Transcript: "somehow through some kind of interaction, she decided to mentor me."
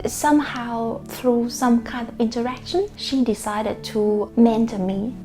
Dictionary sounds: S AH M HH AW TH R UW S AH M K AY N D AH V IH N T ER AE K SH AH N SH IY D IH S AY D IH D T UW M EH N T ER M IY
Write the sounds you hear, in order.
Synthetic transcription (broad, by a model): S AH M HH AW TH R UW S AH M K AY N D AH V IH N T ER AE K SH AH N SH IY D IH S AY D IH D T UW M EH N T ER M IY